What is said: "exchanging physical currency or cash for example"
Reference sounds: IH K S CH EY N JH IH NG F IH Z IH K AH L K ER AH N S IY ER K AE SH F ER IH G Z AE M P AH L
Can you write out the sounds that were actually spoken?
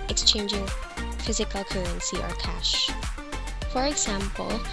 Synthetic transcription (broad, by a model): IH K S CH EY N JH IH NG F IH Z IH K AH L K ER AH N S IY ER K AE SH F ER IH G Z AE M P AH L